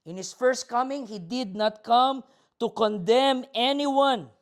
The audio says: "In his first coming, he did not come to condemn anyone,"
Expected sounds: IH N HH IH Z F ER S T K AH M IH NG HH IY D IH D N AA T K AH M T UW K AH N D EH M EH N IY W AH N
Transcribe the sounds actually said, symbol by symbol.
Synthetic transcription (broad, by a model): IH N HH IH S F ER S T K AH M IH NG HH IY D IH D N AA T K AH M T UW K AH N D EH M EH N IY W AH N